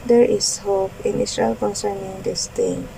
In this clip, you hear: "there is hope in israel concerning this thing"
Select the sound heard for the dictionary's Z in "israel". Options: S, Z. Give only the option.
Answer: S